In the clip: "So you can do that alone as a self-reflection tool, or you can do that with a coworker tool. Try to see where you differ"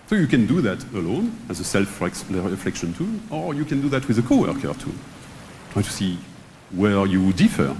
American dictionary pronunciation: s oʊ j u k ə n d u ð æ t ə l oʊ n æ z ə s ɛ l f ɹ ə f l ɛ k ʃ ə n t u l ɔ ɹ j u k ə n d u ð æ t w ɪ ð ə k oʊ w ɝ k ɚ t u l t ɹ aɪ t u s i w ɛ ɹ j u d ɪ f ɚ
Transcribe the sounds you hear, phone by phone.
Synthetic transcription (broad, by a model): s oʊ j u k ə n d u ð æ t ə l oʊ n æ z ə s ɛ l f ɹ ə f l ɛ k ʃ ə n t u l ɔ ɹ j u k ə n d u ð æ t w ɪ ð ə k oʊ w ɝ k ɚ t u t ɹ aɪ t u s i w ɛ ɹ j u d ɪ f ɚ